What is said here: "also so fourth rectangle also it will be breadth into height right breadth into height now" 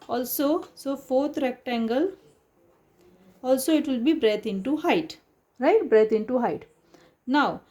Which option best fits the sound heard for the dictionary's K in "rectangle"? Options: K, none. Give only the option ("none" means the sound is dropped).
K